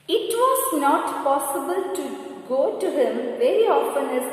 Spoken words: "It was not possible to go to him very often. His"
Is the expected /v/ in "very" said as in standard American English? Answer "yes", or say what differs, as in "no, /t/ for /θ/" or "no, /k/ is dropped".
yes